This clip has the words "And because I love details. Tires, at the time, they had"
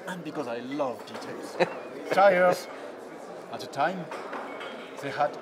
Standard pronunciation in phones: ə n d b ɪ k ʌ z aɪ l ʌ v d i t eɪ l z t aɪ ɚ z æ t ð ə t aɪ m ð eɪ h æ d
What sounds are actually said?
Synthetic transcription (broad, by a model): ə n b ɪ k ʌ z aɪ l ʌ v d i t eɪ l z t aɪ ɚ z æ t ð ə t aɪ m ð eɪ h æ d